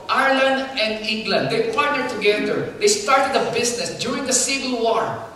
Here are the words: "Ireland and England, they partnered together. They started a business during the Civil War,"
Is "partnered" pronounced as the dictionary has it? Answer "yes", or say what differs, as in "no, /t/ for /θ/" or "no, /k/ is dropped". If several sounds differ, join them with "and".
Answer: no, /n/ is dropped